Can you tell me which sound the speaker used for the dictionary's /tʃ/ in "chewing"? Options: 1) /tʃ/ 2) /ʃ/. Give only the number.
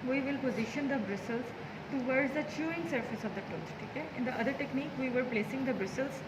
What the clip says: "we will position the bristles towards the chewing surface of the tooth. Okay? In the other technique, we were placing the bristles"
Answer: 1